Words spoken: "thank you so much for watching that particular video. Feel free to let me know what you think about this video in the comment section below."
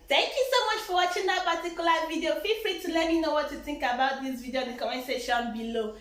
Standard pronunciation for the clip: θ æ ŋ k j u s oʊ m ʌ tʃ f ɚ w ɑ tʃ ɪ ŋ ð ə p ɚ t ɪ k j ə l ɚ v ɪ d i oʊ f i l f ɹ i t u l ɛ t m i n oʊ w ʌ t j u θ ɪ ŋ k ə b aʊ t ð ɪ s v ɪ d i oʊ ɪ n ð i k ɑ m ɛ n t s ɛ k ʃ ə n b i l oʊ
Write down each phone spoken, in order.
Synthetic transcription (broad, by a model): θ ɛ ŋ k j u s oʊ m ʌ tʃ f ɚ w ɑ tʃ ɪ ŋ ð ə p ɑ t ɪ k j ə l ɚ v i d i oʊ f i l f ɹ i t u l ɛ t m i n oʊ w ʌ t j u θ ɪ ŋ k ə b aʊ t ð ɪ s v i d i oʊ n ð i k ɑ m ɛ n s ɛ ʃ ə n b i l oʊ